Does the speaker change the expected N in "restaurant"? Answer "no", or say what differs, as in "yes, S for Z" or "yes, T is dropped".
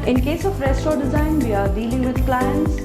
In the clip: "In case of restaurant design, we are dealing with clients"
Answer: yes, N is dropped